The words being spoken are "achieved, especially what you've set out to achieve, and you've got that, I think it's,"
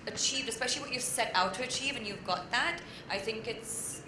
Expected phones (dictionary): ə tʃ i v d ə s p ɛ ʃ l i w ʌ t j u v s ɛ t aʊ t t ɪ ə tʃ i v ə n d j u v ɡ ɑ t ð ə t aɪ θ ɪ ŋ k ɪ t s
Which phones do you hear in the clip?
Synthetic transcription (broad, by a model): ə tʃ i v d ə s p ɛ ʃ l i w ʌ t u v s ɛ t aʊ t t ɪ ə tʃ i v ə n j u v ɡ ɑ t ð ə t aɪ θ ɪ ŋ k ɪ t s